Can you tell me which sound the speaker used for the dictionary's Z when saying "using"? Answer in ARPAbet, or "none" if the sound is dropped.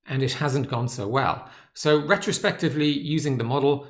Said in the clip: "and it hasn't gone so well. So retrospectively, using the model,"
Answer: Z